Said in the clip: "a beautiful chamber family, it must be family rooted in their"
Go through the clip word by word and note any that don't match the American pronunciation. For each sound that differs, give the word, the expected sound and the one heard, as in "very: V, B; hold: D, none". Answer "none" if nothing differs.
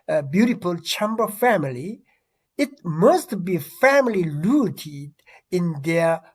rooted: R, L